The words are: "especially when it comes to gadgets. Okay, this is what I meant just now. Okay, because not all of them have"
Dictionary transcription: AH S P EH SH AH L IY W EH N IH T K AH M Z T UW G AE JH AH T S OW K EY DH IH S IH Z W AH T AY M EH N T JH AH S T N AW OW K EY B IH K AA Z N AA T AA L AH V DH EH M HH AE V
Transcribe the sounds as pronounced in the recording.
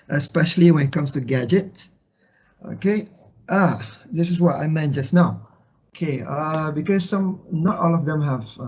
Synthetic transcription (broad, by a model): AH S P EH SH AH L IY W EH N IH T K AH M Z T UW G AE JH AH T OW K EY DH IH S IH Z W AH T AY M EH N JH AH S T N AW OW K EY B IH K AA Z N AA T AA L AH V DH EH M HH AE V